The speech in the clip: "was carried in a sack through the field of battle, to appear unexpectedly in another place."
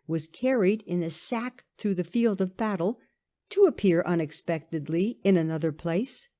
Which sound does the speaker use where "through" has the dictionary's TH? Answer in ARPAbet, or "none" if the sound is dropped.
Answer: TH